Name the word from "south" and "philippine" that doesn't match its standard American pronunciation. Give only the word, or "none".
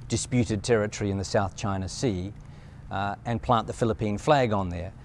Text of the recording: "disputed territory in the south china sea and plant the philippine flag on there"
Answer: none